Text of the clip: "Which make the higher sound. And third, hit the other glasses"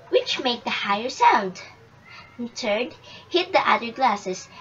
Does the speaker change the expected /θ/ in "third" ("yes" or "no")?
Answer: yes